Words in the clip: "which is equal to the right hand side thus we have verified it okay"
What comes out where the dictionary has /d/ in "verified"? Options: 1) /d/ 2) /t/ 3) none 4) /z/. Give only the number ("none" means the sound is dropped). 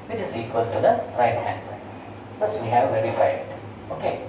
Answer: 3